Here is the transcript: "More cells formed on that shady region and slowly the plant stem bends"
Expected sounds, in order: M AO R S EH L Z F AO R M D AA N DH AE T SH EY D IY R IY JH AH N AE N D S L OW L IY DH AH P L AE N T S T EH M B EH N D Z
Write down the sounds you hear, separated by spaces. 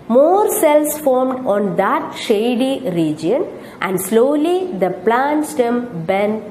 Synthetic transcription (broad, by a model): M AO R S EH L S F AO R M D AA N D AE T SH EY D IY R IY JH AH N AE N D S L OW L IY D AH P L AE N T S T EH M B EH N